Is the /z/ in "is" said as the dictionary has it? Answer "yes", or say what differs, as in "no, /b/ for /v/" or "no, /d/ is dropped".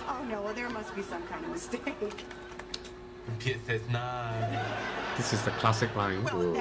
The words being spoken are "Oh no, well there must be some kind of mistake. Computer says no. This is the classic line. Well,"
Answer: yes